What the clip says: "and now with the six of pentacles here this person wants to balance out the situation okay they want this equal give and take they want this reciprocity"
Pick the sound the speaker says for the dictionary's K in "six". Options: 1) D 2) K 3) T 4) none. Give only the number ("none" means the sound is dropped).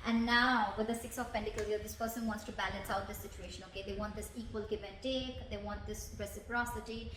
2